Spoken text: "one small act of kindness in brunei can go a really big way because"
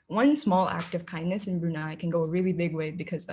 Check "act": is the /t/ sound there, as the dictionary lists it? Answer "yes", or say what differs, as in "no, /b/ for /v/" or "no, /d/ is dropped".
yes